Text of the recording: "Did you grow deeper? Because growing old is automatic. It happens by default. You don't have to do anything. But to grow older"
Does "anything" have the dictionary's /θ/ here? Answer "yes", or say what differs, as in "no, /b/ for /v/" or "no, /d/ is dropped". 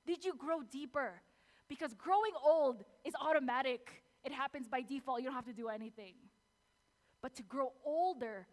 yes